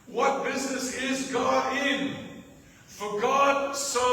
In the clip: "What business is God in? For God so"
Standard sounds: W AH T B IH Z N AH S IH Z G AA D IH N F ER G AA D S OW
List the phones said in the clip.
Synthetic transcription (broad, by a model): W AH T B IH Z N AH S IH Z G AA D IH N F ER G AA D S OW